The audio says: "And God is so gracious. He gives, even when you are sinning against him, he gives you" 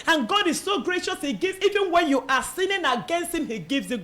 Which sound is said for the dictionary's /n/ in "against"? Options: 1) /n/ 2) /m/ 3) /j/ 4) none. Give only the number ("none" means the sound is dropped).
1